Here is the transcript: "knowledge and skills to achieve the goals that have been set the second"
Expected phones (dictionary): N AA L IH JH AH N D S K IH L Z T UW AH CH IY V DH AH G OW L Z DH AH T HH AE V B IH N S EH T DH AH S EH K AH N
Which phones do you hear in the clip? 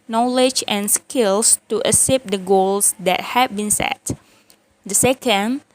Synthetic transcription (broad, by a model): N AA L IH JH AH N S K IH L S T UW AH S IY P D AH G OW L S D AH T HH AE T B IH N S EH T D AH S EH K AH N